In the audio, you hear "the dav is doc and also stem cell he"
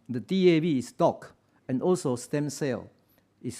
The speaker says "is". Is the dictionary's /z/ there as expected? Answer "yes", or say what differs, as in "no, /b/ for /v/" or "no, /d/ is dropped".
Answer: no, /s/ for /z/